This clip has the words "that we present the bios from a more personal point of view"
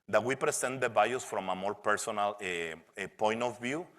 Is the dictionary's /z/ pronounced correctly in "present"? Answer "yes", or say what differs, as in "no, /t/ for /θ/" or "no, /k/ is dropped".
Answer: no, /s/ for /z/